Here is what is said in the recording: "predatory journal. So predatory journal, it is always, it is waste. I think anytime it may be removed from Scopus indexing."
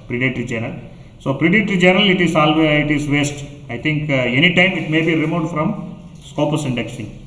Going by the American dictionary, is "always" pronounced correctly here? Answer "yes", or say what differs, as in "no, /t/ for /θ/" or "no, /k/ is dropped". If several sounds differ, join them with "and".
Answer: no, /z/ is dropped